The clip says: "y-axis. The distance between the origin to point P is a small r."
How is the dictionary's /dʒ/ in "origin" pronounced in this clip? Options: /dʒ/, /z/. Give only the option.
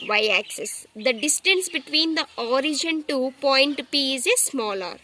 /dʒ/